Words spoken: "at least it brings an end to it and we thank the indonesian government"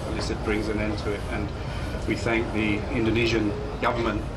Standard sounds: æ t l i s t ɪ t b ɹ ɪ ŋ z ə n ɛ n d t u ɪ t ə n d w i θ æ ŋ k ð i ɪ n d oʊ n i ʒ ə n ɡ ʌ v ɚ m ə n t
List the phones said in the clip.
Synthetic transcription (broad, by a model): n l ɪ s ɪ t b ɹ ɪ ŋ z ə n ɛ n t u ɪ t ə n w i θ æ ŋ k ð i ɪ n d oʊ n i ʒ ə n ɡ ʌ v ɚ m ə n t